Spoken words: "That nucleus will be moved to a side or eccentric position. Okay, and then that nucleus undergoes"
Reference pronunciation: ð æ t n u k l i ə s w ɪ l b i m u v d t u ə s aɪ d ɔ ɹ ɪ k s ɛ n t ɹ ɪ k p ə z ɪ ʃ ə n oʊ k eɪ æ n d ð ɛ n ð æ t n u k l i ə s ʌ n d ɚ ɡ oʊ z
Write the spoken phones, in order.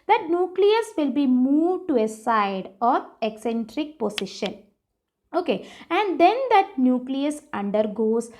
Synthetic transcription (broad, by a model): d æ t n u k l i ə s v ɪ l b i m u v d t u ə s aɪ d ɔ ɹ ɪ k s ɛ n t ɹ ɪ k p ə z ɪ ʃ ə n oʊ k eɪ æ n d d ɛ n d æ t n u k l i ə s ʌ n d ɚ ɡ oʊ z